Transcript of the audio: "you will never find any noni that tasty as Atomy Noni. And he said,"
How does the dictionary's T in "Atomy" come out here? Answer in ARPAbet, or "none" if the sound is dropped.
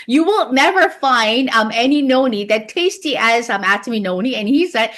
S